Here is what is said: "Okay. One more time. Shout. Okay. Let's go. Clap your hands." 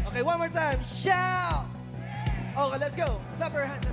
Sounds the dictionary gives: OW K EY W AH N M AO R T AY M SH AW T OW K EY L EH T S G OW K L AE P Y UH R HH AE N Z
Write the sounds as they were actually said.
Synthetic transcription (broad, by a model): OW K EY W AH N M AO R T AY M SH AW OW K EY L EH T S G OW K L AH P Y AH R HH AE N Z